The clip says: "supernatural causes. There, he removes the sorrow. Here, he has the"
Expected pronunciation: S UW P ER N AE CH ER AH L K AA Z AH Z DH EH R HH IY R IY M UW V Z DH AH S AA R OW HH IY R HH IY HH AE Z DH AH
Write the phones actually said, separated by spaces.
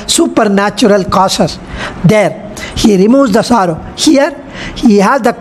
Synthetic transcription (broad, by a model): S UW P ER N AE CH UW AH L K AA S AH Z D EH R HH IY R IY M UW Z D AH S AA R OW HH IY R HH IY HH AE Z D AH